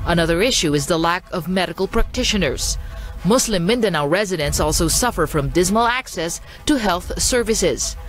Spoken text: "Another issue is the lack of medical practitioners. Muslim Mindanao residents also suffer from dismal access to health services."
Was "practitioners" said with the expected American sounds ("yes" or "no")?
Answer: yes